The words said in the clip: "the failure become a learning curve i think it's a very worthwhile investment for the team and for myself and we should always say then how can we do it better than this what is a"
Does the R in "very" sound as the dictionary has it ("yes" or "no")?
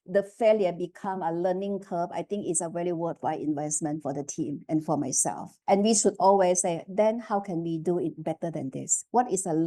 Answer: no